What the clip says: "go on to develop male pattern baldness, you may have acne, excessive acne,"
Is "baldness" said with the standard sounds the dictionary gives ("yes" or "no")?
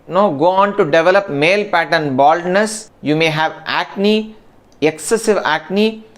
yes